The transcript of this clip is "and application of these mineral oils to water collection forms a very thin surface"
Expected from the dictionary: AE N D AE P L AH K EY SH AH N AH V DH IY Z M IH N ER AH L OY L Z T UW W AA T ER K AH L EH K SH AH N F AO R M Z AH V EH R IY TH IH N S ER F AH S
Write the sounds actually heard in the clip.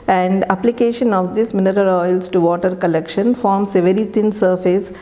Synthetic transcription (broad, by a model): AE N D AE P L AH K EY SH AH N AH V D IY S M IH N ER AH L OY L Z T UW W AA T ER K AH L EH K SH AH N F AO R M S AH V EH R IY T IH N S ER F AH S